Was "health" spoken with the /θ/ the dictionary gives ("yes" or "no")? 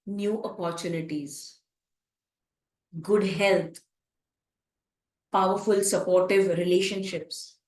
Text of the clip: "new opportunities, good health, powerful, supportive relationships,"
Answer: no